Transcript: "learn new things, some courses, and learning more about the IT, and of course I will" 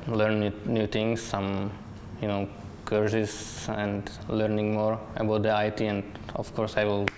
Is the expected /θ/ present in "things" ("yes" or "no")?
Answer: no